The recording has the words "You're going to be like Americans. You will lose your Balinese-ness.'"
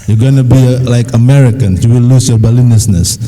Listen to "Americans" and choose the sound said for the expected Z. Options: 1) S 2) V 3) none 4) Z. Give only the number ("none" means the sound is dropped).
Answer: 3